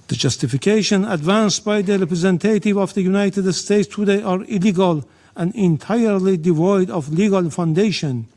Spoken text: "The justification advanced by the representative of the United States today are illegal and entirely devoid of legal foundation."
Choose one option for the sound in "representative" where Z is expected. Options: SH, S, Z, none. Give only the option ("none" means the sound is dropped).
Z